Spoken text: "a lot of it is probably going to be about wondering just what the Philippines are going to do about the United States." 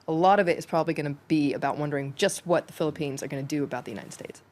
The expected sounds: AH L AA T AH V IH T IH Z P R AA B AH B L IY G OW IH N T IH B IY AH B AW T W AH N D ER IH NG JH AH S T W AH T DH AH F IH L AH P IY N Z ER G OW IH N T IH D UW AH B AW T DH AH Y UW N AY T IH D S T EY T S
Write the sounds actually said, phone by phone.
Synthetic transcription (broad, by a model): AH L AA T AH V IH T IH Z P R AA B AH B L IY G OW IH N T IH B IY AH B AW T W AH N D ER IH NG JH AH S T W AH T DH AH F IH L AH P IY N Z ER G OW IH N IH D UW AH B AW T DH AH Y UW N AY T IH D S T EY T S